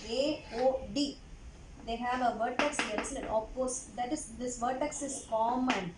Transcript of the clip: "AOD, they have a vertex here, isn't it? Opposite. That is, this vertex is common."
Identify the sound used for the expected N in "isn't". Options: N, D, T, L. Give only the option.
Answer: L